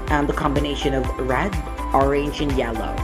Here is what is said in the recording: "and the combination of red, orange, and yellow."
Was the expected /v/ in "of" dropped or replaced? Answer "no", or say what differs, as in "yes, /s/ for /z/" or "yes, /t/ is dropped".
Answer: no